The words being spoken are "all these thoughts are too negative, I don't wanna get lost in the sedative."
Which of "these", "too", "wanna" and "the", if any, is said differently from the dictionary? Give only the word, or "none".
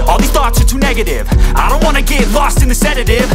these